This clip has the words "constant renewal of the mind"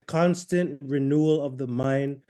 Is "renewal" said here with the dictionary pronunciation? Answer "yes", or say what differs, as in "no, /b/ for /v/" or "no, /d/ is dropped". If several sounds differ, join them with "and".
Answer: yes